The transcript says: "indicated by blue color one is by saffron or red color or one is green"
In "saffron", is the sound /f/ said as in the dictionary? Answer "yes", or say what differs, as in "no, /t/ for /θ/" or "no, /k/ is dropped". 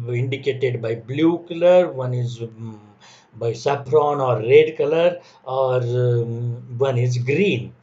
no, /p/ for /f/